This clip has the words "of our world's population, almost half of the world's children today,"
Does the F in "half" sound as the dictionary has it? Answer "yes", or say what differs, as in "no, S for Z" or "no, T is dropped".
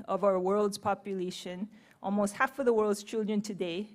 yes